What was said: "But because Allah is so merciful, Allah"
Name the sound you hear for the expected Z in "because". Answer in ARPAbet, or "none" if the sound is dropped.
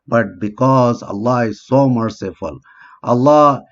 Z